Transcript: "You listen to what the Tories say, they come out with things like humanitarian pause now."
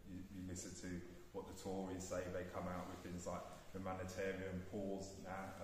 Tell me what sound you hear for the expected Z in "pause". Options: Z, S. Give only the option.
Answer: Z